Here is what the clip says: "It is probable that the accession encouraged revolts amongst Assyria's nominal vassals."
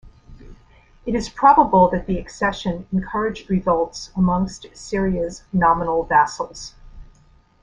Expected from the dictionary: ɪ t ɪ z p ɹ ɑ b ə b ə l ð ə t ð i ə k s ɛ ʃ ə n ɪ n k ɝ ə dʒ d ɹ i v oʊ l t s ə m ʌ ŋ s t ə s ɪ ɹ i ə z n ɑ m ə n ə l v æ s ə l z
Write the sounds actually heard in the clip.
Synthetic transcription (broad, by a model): ɪ t ɪ z p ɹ ɑ b ə b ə l ð ə t ð i ə k s ɛ ʃ ə n ɪ n k ɝ ə dʒ d ɹ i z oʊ l t s ə m ʌ ŋ s t s ɪ ɹ i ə s n ɑ m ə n l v æ s l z